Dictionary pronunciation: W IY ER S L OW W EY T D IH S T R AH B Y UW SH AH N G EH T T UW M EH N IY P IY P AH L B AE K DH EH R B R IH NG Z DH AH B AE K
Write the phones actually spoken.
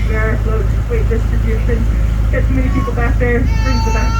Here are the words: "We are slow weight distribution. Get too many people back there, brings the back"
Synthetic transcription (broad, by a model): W ER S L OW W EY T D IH S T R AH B Y UW SH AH N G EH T S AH M EH N IY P IY P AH L B AE K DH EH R R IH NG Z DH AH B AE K